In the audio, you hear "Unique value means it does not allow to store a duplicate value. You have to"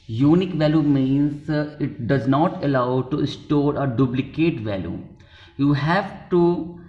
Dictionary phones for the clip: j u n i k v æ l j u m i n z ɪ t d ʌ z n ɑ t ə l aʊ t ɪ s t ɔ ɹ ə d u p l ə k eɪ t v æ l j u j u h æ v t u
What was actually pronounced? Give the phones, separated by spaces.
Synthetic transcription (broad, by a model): j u n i k v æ l j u m i n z ɪ t d ʌ z n ɑ t ə l aʊ t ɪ s t ɔ ɹ ə d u b l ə k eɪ t v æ l j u j u h æ v t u